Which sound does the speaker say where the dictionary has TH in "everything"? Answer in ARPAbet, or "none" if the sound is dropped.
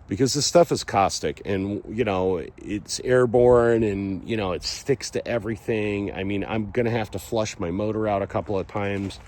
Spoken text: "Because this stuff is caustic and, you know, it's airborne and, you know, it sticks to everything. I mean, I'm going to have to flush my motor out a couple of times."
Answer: TH